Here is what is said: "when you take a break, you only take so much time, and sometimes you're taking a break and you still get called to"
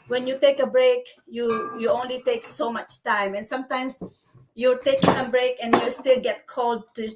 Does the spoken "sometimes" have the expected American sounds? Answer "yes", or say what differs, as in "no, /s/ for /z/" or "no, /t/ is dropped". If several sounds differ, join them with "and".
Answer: no, /s/ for /z/